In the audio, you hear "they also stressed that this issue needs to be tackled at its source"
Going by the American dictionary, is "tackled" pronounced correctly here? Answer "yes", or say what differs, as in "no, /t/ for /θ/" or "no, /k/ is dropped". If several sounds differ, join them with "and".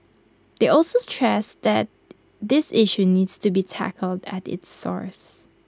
yes